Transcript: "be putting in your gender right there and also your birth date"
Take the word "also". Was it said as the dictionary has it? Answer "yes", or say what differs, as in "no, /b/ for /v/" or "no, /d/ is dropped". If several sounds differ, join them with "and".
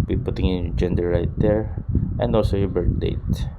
yes